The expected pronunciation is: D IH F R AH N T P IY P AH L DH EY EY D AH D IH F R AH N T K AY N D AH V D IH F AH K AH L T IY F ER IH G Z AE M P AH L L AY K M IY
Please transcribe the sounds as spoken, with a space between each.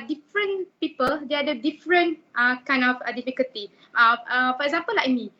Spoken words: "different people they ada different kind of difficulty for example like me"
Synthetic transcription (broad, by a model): D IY F R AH N P IY P AH L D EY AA D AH D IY F R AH N T K AY N AH F D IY F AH K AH L T IY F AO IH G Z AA M P AH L L AY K M IY